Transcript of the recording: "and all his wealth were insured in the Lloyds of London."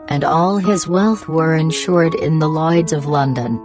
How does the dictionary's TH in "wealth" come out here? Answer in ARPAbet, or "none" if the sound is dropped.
TH